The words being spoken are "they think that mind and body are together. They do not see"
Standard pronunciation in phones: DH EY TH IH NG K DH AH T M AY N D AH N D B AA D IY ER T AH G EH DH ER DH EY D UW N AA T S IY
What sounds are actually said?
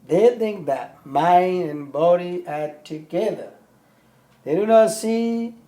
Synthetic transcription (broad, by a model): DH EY TH IH NG K DH AH T M AY N D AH N B AA D IY ER T AH G EH DH ER DH EY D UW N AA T S IY